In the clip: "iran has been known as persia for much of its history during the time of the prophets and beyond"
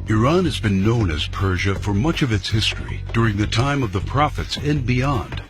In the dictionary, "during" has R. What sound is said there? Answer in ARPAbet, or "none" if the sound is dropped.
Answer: R